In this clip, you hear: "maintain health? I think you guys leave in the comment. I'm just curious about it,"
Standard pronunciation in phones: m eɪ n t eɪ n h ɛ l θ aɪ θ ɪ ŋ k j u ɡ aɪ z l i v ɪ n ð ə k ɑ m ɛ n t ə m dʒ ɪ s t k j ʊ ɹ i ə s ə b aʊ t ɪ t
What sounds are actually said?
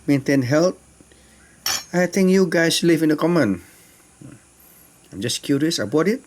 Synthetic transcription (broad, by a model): m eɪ n t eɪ n h ɛ l t aɪ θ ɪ ŋ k j u ɡ aɪ s l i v ɪ n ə k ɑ m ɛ n ə m dʒ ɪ s k j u ɹ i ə s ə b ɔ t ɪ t